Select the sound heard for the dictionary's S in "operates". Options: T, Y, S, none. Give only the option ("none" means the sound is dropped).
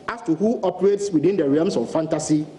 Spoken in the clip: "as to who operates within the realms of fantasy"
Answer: S